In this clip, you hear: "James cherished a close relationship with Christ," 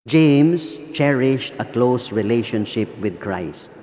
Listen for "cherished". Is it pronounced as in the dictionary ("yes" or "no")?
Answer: yes